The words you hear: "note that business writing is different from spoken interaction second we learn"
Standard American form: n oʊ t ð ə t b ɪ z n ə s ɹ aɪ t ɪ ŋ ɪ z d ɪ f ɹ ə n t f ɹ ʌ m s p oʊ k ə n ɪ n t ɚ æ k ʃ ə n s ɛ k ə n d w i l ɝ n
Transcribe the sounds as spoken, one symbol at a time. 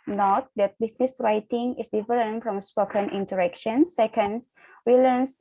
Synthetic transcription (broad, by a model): n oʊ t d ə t b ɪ s n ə s ɹ aɪ t ɪ ŋ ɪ s d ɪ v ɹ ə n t f ɹ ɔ m s p oʊ k ə n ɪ n t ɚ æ k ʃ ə n s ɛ k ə n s w i l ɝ n